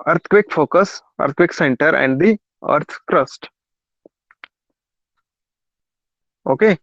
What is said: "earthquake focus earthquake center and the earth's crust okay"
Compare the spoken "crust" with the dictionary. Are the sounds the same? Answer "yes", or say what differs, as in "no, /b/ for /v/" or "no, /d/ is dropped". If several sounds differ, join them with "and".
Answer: yes